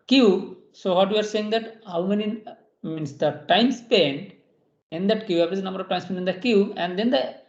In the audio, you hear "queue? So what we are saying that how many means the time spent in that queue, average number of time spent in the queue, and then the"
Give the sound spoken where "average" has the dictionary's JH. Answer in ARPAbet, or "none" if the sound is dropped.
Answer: Z